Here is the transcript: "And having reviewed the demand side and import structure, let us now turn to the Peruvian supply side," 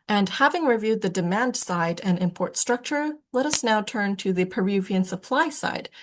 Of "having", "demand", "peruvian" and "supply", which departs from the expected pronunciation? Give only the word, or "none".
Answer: none